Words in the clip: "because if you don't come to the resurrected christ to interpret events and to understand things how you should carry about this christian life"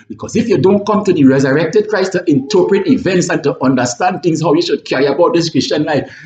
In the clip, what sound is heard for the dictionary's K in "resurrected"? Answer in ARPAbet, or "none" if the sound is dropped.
K